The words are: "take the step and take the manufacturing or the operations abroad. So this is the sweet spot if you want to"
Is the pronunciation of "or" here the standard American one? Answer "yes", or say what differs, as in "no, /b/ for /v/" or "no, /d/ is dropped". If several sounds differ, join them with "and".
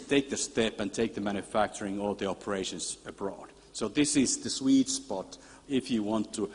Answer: no, /l/ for /ɹ/